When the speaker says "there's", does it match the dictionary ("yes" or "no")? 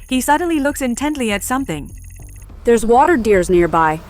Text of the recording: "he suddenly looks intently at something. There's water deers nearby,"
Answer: yes